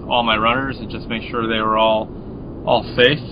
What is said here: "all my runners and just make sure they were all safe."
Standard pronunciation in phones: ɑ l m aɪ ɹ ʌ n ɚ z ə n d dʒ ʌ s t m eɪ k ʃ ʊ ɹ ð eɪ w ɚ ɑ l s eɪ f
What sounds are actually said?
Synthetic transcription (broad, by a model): ɑ l m aɪ ɹ ʌ n ɚ z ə n dʒ ʌ s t m eɪ k ʃ ʊ ɹ ð eɪ w ɚ ɑ l s eɪ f